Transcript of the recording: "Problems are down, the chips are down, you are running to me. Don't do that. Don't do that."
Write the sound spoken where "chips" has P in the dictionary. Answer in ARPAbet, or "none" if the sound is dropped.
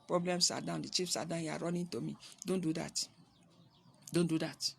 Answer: F